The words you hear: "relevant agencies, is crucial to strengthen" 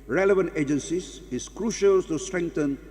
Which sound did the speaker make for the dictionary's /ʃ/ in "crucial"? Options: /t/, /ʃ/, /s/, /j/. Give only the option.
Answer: /ʃ/